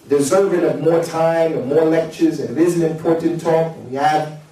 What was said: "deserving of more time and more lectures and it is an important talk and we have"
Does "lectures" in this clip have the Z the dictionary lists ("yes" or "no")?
yes